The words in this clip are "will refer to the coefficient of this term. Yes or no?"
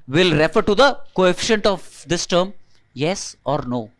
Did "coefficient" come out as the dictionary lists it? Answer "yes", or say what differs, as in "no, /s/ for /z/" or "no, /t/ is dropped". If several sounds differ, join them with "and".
yes